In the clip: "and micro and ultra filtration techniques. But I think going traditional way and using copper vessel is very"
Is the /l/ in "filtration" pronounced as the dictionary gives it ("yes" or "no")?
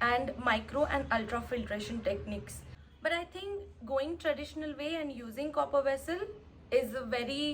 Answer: yes